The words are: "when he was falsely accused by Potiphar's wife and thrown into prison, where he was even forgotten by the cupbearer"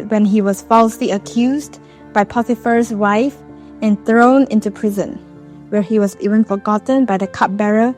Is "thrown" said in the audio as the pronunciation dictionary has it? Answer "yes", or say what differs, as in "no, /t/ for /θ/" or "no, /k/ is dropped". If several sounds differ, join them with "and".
yes